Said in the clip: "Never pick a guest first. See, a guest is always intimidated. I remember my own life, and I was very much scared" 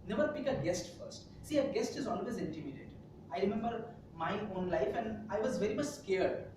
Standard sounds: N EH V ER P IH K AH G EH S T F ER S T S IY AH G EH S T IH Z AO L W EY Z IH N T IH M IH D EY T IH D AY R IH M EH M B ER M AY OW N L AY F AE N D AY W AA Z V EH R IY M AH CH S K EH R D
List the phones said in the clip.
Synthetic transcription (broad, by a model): N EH V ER P IH K AH G EH S T F ER S T S IY AH G EH S T IH Z AO L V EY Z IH N T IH M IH D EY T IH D AY R IH M EH M B ER M AY OW N L AY F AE N D AY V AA Z V EH R IY M AH CH S K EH R D